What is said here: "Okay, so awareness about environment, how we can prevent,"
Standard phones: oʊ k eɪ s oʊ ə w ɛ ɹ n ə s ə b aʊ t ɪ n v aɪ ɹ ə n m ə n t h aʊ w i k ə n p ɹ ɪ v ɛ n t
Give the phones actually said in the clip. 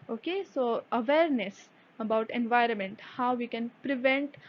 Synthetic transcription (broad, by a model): oʊ k eɪ s oʊ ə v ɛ ɹ n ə s ə b aʊ t ɪ n v aɪ ɹ ə n m ə n t h aʊ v i k ə n p ɹ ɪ v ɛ n t